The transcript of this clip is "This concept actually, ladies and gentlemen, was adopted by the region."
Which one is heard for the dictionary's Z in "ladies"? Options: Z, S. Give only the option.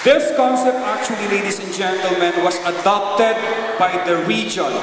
S